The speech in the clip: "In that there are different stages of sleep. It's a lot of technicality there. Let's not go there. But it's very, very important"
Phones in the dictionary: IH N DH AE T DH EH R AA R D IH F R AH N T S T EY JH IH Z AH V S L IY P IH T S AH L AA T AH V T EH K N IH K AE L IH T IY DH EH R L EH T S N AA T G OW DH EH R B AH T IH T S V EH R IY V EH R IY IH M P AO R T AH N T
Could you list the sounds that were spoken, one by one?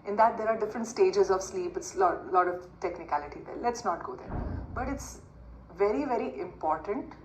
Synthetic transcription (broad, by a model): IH N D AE T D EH R AA R D IH F R AH N T S T EY JH IH Z AH V S L IY P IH T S AH L AA T AH V T EH K N IH K AE L IH T IY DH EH R L EH T S N AA T G OW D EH R B AH T IH T S V EH R IY V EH R IY IH M P AO R T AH N T